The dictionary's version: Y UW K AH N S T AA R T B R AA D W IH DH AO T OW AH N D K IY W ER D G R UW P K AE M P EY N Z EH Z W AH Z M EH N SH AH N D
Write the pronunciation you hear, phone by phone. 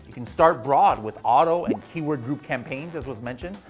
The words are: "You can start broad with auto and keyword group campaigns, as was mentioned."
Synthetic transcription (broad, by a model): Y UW K N S T AA R T B R AA D W IH DH AO T OW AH N K IY W ER D G R UW P K AE M P EY N Z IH Z W AH Z M EH N SH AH N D